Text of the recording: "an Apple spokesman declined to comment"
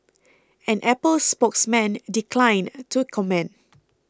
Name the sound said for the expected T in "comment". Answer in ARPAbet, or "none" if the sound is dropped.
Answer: none